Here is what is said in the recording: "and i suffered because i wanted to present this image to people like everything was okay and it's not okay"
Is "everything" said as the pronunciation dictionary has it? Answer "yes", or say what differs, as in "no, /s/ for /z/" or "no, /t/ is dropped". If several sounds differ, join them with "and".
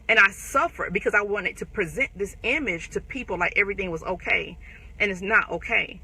yes